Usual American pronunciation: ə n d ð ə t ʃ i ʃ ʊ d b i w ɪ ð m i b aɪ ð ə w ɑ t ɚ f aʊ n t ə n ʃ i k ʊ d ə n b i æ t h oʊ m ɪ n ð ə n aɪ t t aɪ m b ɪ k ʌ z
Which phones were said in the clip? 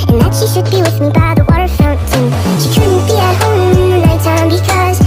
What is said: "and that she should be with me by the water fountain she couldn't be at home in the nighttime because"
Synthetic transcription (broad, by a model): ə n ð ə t ʃ i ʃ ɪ d b i w ɪ ð m i b aɪ ð ə w ɑ t ɚ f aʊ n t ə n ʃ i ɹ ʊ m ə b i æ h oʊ ɪ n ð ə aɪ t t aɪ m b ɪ k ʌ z